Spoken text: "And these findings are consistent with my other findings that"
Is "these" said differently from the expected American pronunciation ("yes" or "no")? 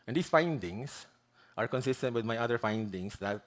yes